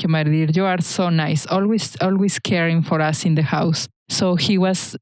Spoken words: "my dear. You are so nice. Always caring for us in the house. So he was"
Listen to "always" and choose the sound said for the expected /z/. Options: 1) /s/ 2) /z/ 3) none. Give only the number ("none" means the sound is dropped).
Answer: 1